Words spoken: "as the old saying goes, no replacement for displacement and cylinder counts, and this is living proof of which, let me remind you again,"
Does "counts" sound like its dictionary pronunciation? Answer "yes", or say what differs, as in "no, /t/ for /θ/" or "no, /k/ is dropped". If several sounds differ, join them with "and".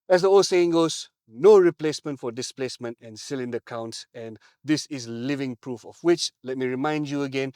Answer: yes